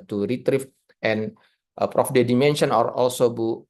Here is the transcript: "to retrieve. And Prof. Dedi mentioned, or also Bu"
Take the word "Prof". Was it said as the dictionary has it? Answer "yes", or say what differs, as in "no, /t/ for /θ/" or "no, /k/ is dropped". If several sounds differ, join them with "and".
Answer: yes